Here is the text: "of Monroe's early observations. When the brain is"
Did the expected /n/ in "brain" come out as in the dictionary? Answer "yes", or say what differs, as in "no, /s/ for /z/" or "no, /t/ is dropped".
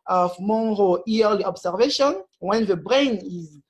yes